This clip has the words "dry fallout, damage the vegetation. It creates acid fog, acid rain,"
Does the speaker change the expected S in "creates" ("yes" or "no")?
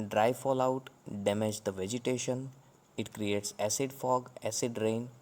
no